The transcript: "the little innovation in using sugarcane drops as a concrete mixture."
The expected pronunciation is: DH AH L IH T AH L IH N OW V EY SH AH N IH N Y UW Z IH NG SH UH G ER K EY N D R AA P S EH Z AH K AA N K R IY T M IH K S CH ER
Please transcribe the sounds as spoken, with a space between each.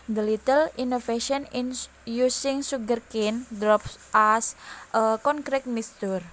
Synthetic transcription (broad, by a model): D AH L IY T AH L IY N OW F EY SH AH N IH N Y UW S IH NG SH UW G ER K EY N D R AA P S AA S AH K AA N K R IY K M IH S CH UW